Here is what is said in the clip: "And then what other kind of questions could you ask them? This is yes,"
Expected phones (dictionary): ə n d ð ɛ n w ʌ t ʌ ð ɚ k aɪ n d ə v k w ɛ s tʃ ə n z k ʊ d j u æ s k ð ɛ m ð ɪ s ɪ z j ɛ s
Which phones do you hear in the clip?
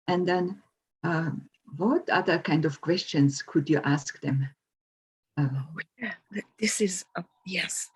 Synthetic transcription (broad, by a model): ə n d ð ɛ n w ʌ t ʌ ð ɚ k aɪ n d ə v k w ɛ s tʃ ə n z k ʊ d j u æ s k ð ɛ m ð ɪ s ɪ z j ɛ s